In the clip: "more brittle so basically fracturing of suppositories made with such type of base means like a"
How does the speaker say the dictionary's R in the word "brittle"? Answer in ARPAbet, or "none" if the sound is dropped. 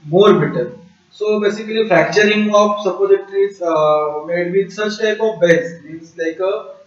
none